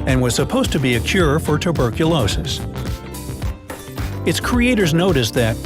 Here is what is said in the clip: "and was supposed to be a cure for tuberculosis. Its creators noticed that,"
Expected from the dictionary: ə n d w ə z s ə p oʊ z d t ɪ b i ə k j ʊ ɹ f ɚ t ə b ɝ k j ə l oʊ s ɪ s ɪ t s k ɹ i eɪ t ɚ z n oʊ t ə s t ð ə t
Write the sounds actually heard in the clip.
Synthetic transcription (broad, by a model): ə n w ə z s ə p oʊ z t ɪ b i ə k j ʊ ɹ f ɚ t ə b ɝ k j ə l oʊ s ɪ s ɪ t s k ɹ i eɪ t ɚ z n oʊ t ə s ð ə t